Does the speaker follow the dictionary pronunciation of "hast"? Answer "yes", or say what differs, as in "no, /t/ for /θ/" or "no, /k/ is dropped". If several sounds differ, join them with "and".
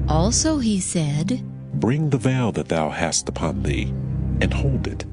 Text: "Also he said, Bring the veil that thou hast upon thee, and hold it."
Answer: yes